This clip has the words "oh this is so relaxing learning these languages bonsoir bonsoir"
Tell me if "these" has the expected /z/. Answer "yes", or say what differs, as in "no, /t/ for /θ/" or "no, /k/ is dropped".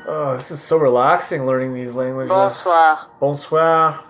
yes